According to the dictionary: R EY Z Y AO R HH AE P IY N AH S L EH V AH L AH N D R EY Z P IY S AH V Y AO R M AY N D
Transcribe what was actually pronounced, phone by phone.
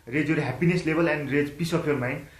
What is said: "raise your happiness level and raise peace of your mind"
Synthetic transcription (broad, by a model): R EY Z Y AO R HH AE P IY N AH S L EH B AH L AH N D R EY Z P IY S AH P Y AO R M AY N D